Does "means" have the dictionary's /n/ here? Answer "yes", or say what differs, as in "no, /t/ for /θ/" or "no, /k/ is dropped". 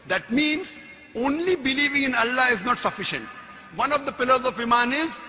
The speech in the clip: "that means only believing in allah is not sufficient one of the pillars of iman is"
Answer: yes